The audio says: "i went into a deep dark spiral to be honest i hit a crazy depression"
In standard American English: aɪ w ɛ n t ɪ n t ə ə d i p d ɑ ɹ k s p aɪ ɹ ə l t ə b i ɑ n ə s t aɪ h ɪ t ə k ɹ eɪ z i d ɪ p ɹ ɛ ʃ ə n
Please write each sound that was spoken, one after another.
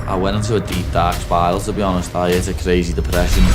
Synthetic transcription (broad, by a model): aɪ w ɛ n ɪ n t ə ə d i p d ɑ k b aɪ ə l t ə b i ɑ n ə s t aɪ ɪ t ə k ɹ eɪ z i d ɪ p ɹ ɛ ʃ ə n